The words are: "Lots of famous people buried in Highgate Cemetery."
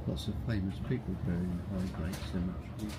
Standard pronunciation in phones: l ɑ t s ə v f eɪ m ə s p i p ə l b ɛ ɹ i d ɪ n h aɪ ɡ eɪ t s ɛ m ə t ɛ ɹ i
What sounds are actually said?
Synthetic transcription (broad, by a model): l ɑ t s ə v f eɪ m ə s p i p ə l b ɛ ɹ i ɪ n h aɪ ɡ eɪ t s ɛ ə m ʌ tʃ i